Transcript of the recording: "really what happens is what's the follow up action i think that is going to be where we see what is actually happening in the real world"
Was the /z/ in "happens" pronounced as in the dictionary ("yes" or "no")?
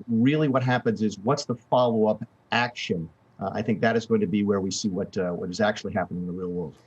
yes